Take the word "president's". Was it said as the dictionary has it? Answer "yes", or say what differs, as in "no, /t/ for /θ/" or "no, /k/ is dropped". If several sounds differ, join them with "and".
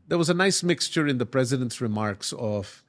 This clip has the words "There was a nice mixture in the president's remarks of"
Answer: yes